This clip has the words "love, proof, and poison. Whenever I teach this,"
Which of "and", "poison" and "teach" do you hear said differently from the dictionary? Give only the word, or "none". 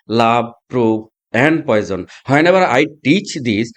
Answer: none